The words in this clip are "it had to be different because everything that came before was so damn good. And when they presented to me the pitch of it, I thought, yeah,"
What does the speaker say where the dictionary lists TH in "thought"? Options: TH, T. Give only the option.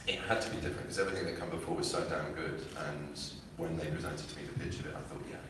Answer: TH